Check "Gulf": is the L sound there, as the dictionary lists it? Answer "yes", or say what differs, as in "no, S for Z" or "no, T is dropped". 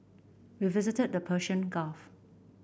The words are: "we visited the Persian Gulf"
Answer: no, L is dropped